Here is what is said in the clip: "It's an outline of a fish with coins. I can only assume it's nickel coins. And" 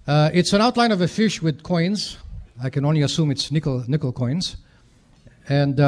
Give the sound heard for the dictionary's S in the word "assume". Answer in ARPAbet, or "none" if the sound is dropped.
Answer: S